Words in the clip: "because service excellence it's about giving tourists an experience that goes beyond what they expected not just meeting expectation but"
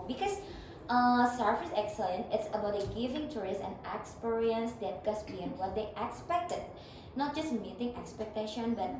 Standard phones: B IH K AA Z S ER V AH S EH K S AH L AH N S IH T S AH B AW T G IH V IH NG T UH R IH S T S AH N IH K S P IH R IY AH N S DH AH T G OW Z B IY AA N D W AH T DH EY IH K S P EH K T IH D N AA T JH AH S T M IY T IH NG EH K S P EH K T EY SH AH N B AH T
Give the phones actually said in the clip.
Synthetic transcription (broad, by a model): B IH K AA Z S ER F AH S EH K S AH L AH N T IH T S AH B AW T G IH V IH NG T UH R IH S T AH N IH K S P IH R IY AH N S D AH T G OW S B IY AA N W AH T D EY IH K S P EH K T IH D N AA T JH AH S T M IY T IH NG EH K S P EH K T EY SH AH N B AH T